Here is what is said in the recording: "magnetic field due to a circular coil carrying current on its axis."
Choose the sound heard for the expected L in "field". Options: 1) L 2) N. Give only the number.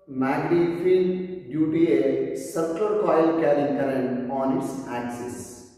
2